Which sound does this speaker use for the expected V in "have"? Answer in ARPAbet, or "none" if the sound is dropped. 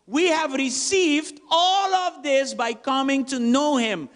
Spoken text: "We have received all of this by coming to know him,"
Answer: V